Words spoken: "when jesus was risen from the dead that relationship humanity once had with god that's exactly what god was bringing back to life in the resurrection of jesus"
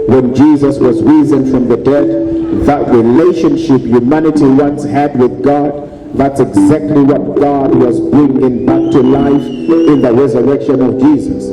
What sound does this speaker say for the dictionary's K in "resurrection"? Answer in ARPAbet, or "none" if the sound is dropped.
K